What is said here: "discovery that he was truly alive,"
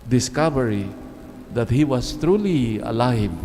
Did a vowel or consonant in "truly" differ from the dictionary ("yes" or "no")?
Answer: no